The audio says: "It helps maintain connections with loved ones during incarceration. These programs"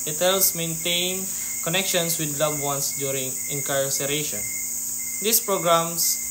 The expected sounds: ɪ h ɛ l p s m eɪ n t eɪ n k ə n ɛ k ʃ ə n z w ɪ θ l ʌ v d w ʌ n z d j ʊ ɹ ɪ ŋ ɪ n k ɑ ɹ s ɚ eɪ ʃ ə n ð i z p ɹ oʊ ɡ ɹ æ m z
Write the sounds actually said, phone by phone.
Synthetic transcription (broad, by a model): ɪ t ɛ l s m eɪ n t eɪ n k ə n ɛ k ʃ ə n s w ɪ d l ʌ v w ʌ n s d j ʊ ɹ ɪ ŋ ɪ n k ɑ ɹ s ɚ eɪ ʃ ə n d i s p ɹ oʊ ɡ ɹ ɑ m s